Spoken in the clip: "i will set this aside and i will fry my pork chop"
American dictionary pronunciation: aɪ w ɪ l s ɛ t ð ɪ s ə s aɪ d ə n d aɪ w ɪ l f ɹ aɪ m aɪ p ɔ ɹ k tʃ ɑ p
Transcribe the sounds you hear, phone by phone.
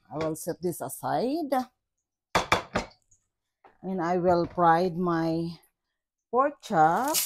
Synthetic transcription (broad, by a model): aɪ w ɪ l s ɛ t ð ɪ s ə s aɪ d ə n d aɪ w ɪ l p ɹ aɪ m aɪ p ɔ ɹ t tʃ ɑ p